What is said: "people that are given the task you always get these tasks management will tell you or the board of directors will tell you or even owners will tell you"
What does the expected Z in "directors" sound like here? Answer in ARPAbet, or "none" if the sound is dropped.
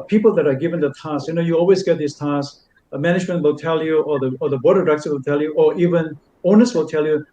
none